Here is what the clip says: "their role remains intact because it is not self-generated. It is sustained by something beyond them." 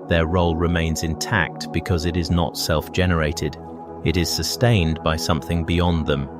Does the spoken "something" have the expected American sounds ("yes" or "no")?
yes